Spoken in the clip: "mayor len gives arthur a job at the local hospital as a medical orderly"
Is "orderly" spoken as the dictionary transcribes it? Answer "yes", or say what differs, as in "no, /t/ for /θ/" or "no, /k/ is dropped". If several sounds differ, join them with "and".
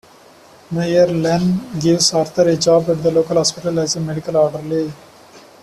yes